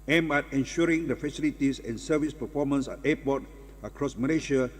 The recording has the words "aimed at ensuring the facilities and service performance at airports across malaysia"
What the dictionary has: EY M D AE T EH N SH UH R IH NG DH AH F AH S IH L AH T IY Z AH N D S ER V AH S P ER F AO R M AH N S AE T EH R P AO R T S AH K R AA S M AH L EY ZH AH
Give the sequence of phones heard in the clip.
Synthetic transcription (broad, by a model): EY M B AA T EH N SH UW R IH NG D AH F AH S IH L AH T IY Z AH N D S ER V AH S P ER F AO M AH N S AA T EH P AO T AH K R AA S M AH L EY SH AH